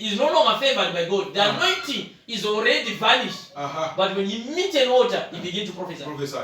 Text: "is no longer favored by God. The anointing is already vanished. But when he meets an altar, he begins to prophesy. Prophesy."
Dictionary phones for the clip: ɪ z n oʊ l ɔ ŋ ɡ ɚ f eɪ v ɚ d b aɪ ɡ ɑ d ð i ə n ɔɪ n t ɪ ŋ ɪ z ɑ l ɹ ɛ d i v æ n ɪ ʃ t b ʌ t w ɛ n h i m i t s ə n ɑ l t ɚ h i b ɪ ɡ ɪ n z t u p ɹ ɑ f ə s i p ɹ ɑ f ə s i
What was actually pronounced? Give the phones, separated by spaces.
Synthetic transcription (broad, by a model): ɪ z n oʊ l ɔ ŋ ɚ f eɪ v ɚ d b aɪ ɡ ɑ d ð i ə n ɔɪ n t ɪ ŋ ɪ z ɑ l ɹ ɛ d i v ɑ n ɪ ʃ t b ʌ t w ɛ n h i m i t ə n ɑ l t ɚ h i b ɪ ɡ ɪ n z t u p ɹ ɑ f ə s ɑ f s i